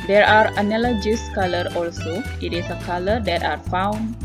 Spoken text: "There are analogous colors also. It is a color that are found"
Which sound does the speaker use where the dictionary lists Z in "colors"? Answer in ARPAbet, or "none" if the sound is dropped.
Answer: none